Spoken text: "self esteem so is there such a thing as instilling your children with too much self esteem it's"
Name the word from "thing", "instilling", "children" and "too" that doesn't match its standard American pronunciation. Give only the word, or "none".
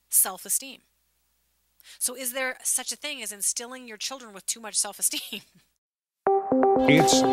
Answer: none